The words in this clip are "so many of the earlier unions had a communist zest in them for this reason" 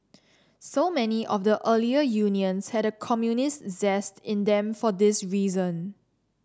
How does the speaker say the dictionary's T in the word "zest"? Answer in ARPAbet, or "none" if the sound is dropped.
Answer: T